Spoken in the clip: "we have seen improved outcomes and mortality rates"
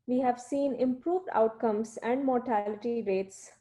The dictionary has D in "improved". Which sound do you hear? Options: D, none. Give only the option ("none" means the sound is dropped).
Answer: D